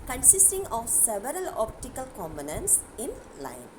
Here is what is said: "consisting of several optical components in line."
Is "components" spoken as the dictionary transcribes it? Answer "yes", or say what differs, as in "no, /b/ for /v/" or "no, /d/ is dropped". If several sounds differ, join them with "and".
no, /b/ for /p/